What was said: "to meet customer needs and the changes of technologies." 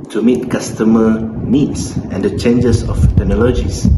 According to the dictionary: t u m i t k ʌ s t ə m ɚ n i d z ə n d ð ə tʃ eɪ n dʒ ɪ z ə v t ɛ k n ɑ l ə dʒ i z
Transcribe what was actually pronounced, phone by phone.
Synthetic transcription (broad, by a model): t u m i t k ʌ s t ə m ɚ n i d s ə n d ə tʃ eɪ n dʒ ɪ s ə f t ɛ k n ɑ l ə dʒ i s